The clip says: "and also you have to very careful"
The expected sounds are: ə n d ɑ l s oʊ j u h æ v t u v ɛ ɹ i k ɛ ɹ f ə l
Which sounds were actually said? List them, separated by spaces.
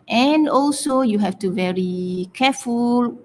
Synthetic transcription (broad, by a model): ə n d ɑ l s oʊ j u h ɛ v t u v ɛ ɹ i k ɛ f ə l